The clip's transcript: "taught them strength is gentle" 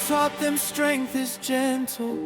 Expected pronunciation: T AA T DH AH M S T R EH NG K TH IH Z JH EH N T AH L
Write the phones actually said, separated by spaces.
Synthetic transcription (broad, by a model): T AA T DH AH M S T R EH NG K TH IH Z JH EH N T L